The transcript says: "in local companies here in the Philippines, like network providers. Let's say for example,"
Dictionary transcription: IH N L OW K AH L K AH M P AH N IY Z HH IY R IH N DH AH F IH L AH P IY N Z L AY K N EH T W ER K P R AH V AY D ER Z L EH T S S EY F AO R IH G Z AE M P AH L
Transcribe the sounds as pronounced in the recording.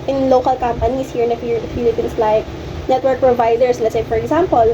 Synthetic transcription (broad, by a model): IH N L OW K AH L K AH M P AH N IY S HH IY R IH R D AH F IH L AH P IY N S L AY K N EH T W ER K P R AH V AY D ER S L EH T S S EY F AO R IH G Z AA M P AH L